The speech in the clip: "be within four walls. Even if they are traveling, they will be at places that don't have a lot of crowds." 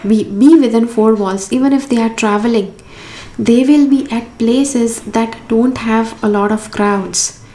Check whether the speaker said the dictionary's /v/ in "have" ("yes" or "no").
yes